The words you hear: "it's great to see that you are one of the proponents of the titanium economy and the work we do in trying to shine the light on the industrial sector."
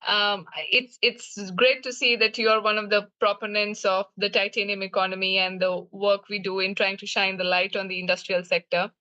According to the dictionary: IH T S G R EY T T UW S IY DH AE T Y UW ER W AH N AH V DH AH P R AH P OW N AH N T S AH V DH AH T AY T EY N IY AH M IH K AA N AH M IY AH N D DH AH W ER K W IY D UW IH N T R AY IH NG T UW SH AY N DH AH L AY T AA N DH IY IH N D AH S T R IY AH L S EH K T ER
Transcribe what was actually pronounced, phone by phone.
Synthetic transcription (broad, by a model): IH T S G R EY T T UW S IY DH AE T Y UW ER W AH N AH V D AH P R AH P OW N AH N T S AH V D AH T AY T EY N IY AH M IH K AA N AH M IY AH N D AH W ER K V IY D UW IH N T R AY IH NG T UW SH AY N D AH L AY T AA N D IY IH N D AH S T R IY AH L S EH K T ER